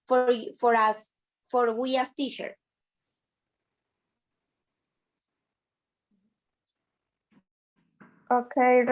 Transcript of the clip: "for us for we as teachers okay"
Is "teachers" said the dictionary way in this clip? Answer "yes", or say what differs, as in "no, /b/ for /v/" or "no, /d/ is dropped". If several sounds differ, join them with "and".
no, /z/ is dropped